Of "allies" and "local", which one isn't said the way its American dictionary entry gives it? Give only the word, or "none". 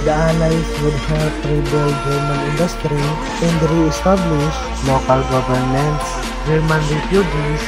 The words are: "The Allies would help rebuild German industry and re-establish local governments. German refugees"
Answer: allies